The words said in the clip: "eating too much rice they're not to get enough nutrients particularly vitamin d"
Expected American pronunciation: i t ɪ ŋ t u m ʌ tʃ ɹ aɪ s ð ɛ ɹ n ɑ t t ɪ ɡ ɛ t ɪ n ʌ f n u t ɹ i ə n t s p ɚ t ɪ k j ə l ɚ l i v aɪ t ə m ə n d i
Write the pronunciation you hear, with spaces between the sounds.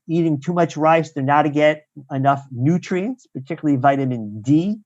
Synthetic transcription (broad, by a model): i t ɪ ŋ t u m ʌ tʃ ɹ aɪ s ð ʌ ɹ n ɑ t t ɪ ɡ ɛ t ɪ n ʌ f n u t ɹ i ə n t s p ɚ t ɪ k j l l i v aɪ t ə m ə n d i